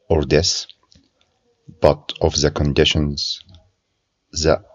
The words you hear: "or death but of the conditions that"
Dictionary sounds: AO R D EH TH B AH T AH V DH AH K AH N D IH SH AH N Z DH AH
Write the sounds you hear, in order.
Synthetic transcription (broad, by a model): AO R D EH S B AH T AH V DH AH K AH N D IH SH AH N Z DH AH